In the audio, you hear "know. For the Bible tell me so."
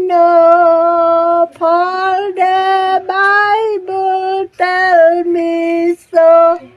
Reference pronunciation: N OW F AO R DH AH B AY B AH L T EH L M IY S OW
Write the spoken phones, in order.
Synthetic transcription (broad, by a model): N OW P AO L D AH B AY B AH L T EH L M IY S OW